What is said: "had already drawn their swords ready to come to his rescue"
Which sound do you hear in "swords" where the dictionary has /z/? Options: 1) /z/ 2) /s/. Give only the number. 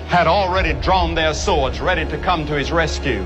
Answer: 1